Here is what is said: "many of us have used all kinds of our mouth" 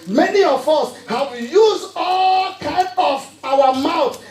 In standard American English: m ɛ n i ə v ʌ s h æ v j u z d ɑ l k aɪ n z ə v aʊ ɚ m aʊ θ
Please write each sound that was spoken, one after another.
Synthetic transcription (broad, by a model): m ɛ n i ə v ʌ s h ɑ w j u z ɑ l k aɪ n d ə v aʊ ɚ m aʊ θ